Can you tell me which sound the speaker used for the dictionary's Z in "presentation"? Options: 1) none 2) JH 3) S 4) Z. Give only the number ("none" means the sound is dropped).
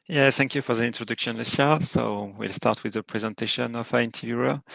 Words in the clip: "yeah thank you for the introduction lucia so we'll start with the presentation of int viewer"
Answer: 4